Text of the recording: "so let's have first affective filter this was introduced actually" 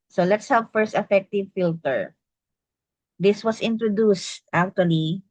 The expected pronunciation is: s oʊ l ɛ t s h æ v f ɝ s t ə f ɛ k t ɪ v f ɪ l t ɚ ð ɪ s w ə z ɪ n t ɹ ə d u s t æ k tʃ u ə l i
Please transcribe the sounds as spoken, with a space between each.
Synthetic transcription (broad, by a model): s oʊ l ɛ t s h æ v f ɝ s t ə f ɛ k t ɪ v f ɪ l t ɚ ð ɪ s w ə s ɪ n t ɹ ə d u s t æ k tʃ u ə l i